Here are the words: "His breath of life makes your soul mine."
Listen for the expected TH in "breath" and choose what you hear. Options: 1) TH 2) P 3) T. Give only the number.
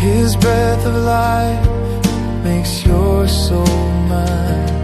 1